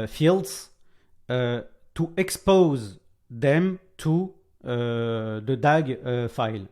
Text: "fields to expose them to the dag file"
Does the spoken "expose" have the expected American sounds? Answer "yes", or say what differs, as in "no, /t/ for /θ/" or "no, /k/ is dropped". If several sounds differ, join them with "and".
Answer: yes